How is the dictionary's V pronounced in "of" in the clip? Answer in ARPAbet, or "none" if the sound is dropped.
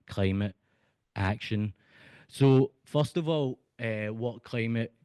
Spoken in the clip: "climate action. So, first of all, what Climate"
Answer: V